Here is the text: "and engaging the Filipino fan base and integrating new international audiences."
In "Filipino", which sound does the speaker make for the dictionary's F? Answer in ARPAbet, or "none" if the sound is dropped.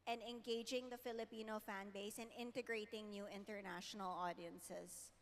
F